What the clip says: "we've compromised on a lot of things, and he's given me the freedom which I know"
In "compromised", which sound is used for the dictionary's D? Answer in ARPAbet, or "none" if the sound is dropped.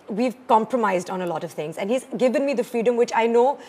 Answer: D